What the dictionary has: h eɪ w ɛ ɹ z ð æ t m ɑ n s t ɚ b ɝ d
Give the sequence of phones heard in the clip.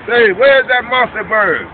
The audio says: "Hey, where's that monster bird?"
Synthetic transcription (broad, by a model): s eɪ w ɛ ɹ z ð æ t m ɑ s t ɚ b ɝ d